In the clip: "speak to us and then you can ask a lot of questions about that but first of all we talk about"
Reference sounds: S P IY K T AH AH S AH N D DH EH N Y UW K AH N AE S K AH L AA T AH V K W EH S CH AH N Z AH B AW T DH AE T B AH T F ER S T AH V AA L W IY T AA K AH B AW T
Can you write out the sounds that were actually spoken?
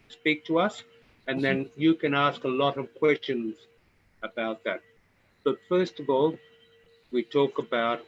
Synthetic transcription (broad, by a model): S P IY K T AH AH S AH N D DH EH N Y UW K AH N AE S K AH L AA T AH V K W EH S CH AH N Z AH B AW T DH AE T B AH T F ER S T AH V AA L W IY T AA K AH B AW T